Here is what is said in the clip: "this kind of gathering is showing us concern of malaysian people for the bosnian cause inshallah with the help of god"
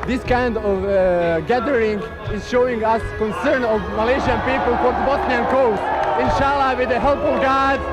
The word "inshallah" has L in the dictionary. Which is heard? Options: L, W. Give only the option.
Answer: L